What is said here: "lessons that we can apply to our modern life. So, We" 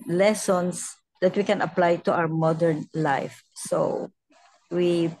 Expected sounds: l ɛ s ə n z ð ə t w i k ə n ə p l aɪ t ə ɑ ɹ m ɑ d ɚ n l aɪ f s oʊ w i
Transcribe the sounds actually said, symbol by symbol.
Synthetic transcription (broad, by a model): l ɛ s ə n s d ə t w i k ə n ə p l aɪ t ə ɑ w m ɑ d ɚ n l aɪ f s oʊ w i